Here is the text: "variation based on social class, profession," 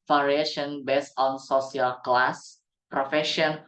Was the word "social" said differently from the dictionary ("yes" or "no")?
yes